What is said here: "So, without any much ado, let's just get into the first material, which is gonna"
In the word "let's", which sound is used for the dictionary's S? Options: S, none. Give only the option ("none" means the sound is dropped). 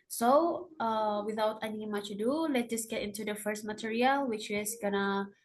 none